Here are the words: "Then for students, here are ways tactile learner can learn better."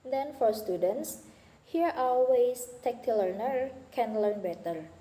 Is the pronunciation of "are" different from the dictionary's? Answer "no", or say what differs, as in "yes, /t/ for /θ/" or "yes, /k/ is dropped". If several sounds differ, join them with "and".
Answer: yes, /l/ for /ɹ/